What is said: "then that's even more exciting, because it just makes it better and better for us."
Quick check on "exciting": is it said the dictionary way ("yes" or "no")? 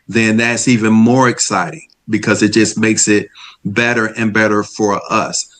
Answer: yes